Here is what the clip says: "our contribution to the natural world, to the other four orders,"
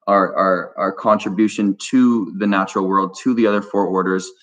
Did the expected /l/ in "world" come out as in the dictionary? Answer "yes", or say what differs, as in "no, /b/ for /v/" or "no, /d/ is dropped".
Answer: yes